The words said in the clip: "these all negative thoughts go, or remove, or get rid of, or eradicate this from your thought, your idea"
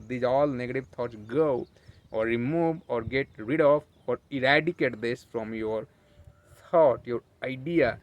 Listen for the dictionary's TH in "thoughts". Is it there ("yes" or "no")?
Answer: no